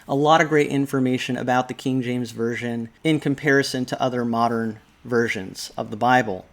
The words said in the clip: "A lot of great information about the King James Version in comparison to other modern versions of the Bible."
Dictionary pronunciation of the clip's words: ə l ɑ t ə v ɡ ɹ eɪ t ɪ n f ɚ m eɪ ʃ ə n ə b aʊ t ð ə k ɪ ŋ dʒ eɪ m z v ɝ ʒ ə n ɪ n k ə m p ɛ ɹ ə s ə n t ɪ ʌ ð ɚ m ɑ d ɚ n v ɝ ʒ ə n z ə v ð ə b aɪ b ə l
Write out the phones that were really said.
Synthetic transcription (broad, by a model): ə l ɑ t ə v ɡ ɹ eɪ t ɪ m f ɚ m eɪ ʃ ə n ə b aʊ t ð ə k ɪ ŋ dʒ eɪ m z v ɝ ʒ ə n ɪ n k ə m p ɛ ɹ ə s ə n t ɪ ʌ ð ɚ m ɑ d ɚ n v ɝ ʒ ə n z ə v ð ə b aɪ b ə l